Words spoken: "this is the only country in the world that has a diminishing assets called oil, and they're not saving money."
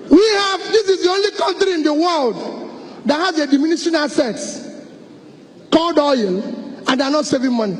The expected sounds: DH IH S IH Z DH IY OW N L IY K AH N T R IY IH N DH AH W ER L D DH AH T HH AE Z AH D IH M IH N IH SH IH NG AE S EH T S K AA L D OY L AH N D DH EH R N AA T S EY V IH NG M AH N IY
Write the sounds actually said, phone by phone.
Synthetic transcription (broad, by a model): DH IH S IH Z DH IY OW N L IY K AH N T R IY IH N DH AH W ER L D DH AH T HH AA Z AH D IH M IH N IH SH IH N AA S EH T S K AA L D OY L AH N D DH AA N AA T S EY V IH NG M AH N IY